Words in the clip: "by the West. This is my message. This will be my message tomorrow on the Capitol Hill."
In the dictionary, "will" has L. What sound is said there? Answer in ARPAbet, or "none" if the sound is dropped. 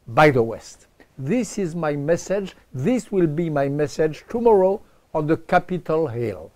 L